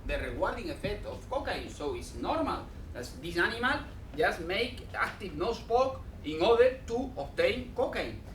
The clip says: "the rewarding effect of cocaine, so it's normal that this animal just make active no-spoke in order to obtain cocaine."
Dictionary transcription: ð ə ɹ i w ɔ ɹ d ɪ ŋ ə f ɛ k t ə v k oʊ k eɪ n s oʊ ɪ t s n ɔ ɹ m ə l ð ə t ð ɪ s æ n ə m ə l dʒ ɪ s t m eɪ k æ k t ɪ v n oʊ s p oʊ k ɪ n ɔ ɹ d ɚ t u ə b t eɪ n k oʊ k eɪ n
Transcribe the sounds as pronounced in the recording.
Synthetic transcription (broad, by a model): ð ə ɹ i w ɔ ɹ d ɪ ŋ ə f ɛ k t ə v k oʊ k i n s oʊ ɪ t s n ɔ ɹ m ə l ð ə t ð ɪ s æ n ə m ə l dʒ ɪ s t m eɪ k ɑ k t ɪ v n oʊ s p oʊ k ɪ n ɔ ɹ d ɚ t u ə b t eɪ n k oʊ k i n